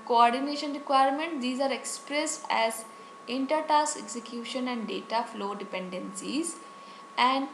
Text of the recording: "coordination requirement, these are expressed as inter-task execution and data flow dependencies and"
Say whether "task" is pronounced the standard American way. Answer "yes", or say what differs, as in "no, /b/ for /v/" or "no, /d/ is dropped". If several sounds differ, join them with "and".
no, /k/ is dropped